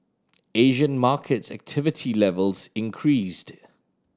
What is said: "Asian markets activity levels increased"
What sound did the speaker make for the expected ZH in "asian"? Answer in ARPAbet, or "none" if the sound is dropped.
ZH